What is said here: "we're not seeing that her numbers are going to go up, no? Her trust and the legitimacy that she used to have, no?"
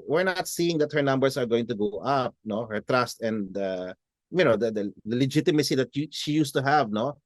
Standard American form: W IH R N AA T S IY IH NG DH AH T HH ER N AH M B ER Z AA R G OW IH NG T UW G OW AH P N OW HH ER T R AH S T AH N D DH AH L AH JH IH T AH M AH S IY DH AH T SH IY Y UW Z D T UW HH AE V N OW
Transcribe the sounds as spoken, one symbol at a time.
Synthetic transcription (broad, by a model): W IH R N AA T S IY IH NG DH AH T HH ER N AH M B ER S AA R G OW IH NG T UW G OW AH P N OW HH ER T R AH S T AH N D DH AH L AH JH IH T AH M AH S IY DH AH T SH IY Y UW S T UW HH AE V N OW